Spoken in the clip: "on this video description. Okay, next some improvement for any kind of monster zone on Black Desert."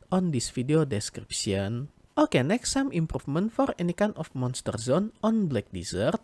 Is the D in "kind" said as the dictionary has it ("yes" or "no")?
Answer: no